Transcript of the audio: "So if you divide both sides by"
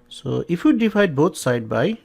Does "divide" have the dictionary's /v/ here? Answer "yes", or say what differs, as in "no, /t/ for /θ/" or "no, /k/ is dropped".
no, /p/ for /v/